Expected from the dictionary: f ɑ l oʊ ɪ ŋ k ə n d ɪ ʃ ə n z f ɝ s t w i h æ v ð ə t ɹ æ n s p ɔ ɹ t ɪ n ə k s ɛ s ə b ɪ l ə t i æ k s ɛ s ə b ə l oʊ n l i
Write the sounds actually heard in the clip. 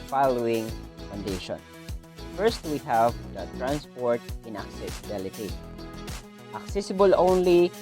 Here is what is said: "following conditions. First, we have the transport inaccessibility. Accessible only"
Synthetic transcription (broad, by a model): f ɑ l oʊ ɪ ŋ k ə n d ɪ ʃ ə n f ɝ s t w i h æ v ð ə t ɹ æ n s p ɔ ɹ t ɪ n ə k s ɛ s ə b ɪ l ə t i æ k s ɛ s ə b ə l oʊ n l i